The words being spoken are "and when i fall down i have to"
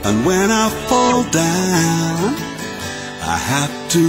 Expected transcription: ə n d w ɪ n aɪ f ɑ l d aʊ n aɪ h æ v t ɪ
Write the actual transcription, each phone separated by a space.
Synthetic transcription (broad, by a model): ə n w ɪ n aɪ f ɑ l d aʊ n aɪ h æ f t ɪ